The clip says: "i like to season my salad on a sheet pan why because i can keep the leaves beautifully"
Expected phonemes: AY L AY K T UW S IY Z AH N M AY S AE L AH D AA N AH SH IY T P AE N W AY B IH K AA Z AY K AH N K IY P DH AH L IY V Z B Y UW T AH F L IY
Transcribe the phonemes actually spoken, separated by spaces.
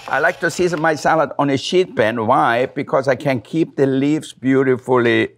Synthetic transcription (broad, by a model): AY L AY K T UW S IY Z AH N M AY S AE L AH D AA N AH SH IY T B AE N W AY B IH K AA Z AY K AH N K IY P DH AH L IY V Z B Y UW T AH F L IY